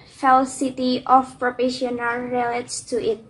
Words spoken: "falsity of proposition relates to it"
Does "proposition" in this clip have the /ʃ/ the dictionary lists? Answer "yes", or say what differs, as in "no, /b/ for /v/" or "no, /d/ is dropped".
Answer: no, /ʃ/ is dropped